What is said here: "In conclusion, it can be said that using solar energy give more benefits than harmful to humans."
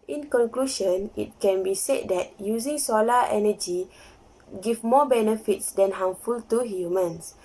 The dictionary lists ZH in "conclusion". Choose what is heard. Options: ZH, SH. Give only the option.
SH